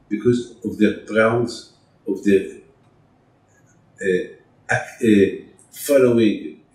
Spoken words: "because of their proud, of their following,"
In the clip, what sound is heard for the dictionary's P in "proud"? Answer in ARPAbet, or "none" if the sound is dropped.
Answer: B